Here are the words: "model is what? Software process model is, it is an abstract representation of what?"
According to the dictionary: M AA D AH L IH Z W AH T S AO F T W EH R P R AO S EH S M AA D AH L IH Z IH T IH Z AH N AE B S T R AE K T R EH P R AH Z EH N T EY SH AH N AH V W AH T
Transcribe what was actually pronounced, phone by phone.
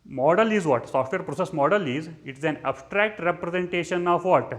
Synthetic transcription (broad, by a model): M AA D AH L IH Z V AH T S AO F T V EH R P R AO S EH S M AA D AH L IH Z IH T IH Z AH N AE B S T R AE K T R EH P R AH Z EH N T EY SH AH N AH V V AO T